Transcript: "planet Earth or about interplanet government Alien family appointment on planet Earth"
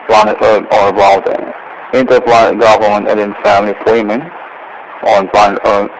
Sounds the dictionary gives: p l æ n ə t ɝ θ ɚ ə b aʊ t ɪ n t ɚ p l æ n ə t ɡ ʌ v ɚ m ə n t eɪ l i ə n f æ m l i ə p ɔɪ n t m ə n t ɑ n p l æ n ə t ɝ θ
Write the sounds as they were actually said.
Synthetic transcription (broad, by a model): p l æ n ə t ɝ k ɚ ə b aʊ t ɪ n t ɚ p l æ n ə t ɡ ʌ v ɚ m ə n t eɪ n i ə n f æ m l i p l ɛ m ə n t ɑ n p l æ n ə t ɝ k